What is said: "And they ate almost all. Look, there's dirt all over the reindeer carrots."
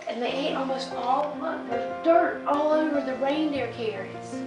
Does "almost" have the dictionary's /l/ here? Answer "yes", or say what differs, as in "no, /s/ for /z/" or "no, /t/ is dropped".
yes